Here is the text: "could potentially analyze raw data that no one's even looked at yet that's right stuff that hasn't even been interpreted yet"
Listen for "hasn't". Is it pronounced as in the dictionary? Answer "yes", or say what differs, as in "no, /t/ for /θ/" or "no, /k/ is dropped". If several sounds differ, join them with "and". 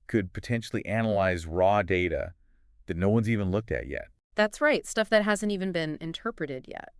yes